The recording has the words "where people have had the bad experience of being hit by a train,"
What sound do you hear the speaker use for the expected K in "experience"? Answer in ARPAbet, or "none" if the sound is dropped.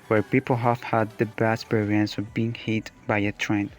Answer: none